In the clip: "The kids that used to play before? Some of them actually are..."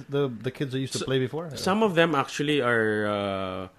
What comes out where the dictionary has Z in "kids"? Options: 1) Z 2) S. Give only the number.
1